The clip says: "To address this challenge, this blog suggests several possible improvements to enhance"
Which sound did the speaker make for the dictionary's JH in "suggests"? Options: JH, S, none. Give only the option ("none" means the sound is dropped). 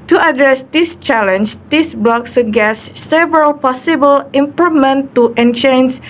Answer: none